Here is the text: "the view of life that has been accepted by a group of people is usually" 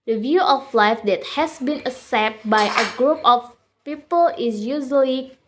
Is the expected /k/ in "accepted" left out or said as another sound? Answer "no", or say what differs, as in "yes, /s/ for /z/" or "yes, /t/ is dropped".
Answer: yes, /k/ is dropped